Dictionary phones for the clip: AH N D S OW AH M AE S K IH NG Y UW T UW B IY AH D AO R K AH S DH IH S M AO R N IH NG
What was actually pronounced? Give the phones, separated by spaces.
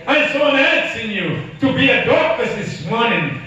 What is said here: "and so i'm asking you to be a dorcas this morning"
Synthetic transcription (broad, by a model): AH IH S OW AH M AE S IH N Y UW T UW B IY AH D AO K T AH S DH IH S M AO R N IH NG